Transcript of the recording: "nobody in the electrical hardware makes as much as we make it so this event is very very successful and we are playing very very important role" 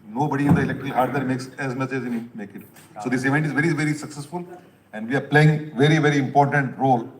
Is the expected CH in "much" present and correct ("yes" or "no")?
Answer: no